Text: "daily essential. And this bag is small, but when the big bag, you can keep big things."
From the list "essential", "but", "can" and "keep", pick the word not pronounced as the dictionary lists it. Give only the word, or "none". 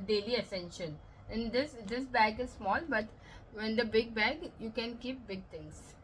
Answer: essential